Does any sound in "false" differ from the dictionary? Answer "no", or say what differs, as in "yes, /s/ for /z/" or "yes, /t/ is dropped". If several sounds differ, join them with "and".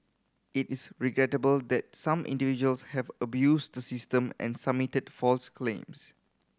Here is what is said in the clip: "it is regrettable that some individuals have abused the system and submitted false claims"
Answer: no